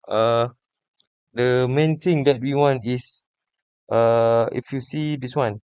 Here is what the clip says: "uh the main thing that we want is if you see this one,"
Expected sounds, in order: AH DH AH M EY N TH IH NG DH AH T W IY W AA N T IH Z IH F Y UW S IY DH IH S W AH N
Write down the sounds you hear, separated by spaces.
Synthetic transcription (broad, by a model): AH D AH M EY N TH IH NG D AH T W IY W AA N T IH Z IH F Y UW S IY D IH S W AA N